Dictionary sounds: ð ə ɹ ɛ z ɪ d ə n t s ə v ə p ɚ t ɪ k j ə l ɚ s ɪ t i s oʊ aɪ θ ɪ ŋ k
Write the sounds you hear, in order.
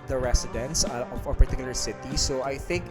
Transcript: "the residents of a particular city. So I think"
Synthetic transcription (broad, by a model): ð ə ɹ ɛ s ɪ d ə n t s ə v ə p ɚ t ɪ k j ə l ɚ s ɪ t i s oʊ aɪ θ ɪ ŋ k